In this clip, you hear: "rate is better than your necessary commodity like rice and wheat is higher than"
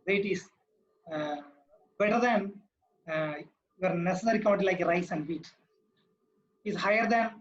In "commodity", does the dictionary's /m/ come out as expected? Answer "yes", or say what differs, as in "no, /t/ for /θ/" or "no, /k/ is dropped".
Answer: no, /m/ is dropped